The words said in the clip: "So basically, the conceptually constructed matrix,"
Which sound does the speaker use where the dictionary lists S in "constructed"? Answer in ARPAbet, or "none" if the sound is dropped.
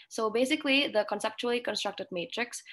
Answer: S